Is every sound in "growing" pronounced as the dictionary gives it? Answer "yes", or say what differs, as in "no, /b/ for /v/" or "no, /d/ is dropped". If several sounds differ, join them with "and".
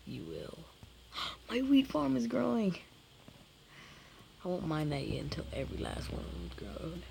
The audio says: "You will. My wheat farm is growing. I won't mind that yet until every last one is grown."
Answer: yes